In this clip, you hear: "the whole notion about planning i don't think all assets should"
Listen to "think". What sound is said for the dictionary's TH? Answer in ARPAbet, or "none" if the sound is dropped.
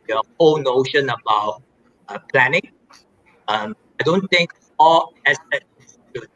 T